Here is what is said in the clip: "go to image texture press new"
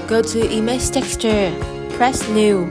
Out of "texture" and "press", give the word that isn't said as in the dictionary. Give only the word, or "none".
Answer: none